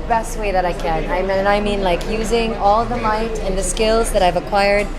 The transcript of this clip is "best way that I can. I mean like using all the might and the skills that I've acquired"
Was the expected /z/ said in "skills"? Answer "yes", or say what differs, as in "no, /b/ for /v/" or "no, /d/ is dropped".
yes